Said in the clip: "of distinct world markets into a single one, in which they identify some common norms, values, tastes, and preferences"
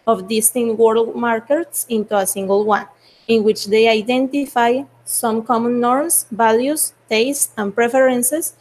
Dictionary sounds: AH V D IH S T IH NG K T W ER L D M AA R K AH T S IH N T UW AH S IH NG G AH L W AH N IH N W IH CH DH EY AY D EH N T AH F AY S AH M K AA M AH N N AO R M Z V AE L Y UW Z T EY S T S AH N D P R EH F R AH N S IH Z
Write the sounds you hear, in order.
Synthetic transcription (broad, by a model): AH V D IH S T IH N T W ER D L M AA R K AH T S IH N T UW AH S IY NG G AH L W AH N IH N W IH CH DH EY AY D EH N T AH F AY S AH M K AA M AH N N AO R M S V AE L Y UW S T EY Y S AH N P R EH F R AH N S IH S